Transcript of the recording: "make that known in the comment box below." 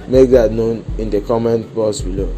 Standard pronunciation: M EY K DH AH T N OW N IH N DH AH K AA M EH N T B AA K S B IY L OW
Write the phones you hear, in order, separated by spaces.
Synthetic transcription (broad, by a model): M EY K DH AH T N OW N IH N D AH K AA M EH N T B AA S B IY L OW